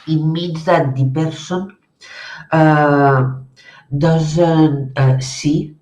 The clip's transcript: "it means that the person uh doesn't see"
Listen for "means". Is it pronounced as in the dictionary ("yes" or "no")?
no